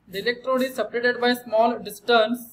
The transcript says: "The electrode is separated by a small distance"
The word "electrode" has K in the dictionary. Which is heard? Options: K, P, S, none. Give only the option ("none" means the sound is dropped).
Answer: K